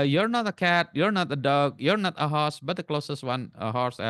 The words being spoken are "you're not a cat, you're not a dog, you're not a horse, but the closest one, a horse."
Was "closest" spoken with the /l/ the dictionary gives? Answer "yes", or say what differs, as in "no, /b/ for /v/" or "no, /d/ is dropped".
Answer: yes